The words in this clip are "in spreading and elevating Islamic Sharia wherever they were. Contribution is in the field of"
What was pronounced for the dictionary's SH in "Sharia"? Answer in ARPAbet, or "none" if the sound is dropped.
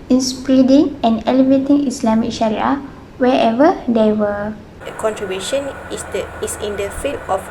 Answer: SH